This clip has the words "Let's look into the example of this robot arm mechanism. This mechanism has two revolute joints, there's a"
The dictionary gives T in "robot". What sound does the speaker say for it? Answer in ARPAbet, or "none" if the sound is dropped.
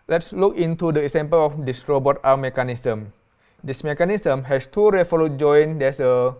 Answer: T